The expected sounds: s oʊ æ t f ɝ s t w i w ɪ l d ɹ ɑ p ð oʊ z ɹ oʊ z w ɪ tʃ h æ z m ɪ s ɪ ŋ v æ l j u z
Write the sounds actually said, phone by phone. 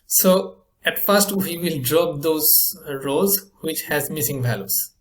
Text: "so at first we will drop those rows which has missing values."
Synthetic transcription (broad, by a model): s oʊ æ t f ɝ s t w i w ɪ l d ɹ ɑ p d oʊ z ɹ oʊ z w ɪ tʃ h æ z m ɪ s ɪ ŋ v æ l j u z